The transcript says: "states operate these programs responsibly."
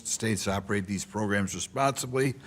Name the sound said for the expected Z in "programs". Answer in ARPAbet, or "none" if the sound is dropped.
Z